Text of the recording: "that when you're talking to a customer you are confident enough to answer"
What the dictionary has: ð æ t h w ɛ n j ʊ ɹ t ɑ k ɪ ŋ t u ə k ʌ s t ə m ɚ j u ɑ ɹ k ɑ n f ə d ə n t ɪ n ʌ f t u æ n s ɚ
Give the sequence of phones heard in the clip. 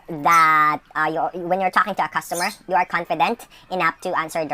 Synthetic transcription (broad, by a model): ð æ t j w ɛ n j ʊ ɹ t ɑ k ɪ ŋ t u ə k ʌ s t ə m ɚ j u ɑ ɹ k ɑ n f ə d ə n t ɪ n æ p t u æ n s ɚ